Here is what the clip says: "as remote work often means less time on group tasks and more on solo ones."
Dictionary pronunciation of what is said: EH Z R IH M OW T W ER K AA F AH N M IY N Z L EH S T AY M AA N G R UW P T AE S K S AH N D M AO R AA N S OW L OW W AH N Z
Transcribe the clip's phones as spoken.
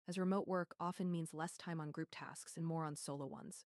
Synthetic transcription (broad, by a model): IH Z R IH M OW T W ER K AA F AH N M IY N Z L EH S T AY M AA N G R UW P T AE S K S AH N M AO R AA N S OW L OW W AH N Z